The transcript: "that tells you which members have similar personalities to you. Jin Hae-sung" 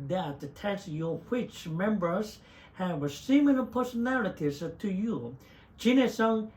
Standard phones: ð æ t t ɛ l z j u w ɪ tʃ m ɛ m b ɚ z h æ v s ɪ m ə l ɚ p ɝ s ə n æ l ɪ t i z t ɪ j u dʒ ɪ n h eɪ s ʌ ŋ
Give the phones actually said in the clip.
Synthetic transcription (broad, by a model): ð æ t t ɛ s j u w ɪ tʃ m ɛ m b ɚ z h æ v s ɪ m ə n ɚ p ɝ s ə n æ l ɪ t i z t ɪ j u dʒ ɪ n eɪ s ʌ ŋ